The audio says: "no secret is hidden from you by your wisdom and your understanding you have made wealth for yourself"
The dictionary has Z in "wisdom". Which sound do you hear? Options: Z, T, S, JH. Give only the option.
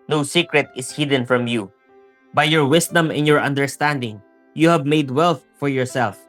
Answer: S